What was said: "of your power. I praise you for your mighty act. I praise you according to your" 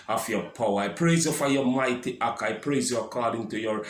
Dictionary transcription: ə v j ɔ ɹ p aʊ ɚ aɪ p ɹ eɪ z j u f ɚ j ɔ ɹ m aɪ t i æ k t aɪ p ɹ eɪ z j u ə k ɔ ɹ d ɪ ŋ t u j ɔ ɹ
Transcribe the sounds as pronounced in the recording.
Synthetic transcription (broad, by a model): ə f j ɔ p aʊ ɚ aɪ p ɹ eɪ z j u f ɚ j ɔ m aɪ t i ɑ k aɪ p ɹ eɪ z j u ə k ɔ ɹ d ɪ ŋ t u j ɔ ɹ